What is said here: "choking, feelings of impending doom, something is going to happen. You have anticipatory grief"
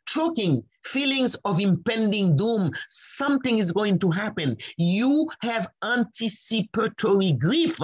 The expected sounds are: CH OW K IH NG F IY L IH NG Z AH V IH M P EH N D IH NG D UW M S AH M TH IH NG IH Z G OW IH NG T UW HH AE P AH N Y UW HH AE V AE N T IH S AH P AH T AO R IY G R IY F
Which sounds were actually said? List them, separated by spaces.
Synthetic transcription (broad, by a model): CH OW K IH NG F IY L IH NG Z AH V IH M P EH N D IH NG D UW M S AH M TH IH NG IH Z G OW IH NG T UW HH AE P AH N Y UW HH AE V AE N T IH S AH P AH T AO R IY G R IY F